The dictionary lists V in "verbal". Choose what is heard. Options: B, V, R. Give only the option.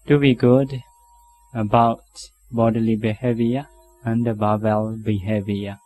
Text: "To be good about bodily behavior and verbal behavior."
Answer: B